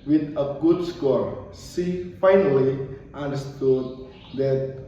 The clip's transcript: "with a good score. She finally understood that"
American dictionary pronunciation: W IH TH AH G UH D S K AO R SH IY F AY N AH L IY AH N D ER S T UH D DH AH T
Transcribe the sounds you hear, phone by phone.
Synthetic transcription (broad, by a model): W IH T AH G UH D S K AO R S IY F AY N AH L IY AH N D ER S T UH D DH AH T